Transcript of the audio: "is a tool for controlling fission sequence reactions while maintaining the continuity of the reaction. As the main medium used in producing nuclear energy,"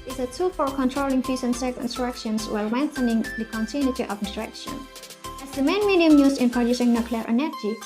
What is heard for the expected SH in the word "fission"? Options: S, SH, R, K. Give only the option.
S